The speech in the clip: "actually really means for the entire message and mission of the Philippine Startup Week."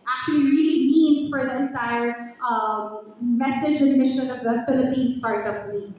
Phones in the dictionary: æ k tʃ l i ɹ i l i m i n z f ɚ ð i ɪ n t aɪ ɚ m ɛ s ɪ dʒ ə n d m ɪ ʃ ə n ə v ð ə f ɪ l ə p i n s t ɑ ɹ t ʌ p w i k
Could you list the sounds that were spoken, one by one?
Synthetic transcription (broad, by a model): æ k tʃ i l i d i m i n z f ɚ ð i ɪ n t aɪ ɚ m ɛ s ɪ dʒ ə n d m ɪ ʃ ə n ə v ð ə f ɪ l ə p i n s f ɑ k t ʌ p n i